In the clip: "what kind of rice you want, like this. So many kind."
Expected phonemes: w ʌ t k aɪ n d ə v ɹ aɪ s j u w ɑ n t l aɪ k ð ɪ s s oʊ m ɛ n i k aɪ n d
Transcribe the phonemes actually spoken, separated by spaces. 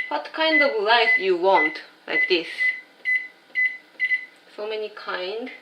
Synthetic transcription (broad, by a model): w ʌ t k aɪ n d ə v l aɪ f j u w ɑ n t l aɪ k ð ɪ s s oʊ m ɛ n i k aɪ n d